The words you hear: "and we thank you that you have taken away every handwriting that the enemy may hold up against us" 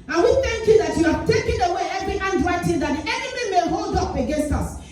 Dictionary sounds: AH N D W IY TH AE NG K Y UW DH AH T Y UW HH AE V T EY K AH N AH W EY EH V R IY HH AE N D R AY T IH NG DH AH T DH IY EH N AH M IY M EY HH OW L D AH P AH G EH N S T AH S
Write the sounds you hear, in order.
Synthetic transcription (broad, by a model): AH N W IY TH AE NG K Y UW DH AH T Y UW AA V T EY K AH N AH W EY EH V R IY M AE N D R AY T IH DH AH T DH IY EH N AH M IY M EY HH OW L D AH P AH G EH N S T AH S